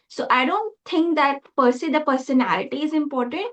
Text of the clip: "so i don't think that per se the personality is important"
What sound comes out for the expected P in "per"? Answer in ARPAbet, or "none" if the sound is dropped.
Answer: P